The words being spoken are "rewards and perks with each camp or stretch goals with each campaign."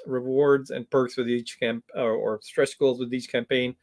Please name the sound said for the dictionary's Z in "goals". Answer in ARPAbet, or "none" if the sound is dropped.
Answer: Z